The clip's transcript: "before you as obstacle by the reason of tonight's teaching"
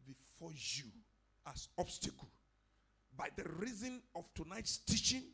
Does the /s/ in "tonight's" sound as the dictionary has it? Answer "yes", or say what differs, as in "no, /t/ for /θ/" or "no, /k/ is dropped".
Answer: yes